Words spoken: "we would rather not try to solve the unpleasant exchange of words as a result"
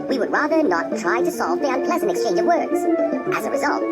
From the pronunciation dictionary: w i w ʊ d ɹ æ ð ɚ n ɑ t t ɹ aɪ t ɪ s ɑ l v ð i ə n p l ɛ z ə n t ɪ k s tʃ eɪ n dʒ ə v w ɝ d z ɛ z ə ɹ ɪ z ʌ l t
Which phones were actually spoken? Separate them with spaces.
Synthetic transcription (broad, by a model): w i w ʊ d ɹ æ ð ɚ n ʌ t t ɹ aɪ t ɪ s ɑ l v ð i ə n p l ɛ z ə n t ɪ k s tʃ eɪ n dʒ ə v w ɝ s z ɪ z ə ɹ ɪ z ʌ l t